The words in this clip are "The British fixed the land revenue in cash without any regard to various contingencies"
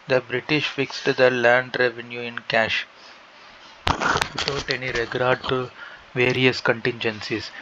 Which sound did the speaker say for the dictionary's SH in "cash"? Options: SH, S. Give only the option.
SH